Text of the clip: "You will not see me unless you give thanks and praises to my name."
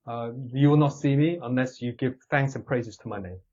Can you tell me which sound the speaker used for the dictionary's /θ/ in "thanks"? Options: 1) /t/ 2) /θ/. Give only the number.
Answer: 2